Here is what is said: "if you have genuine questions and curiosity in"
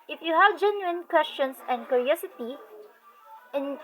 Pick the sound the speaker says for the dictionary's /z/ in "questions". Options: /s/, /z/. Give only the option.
/s/